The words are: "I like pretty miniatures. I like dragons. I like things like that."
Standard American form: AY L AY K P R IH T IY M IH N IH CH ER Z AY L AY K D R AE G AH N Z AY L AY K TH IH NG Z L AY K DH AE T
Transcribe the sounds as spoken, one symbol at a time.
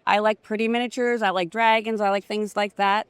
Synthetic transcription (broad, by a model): AY L AY K P R IH T IY M IH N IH CH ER Z AY L AY K D R AE G AH N Z AY L AY K TH IH NG Z L AY K DH AE T